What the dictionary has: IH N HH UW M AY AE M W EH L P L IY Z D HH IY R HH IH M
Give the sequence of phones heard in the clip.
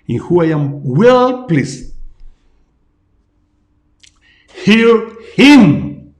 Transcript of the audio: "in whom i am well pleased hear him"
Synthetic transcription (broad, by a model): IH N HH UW AY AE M W EH L P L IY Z HH IY R HH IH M